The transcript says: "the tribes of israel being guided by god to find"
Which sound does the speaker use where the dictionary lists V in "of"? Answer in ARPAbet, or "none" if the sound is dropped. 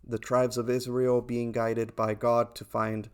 V